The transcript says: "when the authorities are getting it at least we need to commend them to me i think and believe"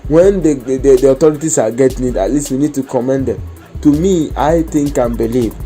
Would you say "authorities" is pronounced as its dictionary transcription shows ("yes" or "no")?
no